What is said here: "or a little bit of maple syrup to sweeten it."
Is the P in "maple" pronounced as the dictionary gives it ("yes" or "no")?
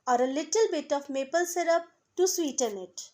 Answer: yes